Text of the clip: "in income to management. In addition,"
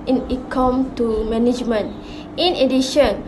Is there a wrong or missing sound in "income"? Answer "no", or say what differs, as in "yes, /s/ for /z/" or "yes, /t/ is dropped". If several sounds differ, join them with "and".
yes, /n/ is dropped